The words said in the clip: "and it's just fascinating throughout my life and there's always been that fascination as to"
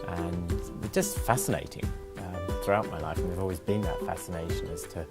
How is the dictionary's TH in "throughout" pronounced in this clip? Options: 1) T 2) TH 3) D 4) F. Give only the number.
2